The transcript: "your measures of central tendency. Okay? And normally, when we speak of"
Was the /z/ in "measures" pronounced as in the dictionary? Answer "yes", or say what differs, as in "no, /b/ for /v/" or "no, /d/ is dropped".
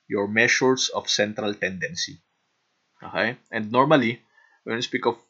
no, /s/ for /z/